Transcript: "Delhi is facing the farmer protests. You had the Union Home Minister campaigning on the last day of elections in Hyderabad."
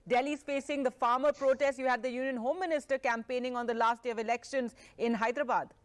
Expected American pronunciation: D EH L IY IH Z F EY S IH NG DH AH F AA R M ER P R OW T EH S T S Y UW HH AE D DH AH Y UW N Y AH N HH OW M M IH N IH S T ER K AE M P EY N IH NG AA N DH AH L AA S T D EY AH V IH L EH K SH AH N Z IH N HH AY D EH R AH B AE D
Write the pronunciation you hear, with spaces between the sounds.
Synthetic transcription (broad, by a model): D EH L IY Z F EY S IH NG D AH F AA R M ER P R OW T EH S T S Y UW HH AE D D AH Y UW N Y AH N HH OW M M IH N IH S T ER K AE M P EY N IH NG AA N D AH L AA S T D EY AH V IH L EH K SH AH N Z IH N HH AY D R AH B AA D